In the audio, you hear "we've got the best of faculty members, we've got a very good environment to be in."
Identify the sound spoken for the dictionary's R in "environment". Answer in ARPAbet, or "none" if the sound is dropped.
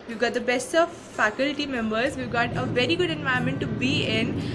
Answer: none